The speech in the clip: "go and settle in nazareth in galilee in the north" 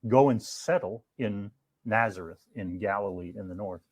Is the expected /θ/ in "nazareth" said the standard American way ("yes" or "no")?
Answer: yes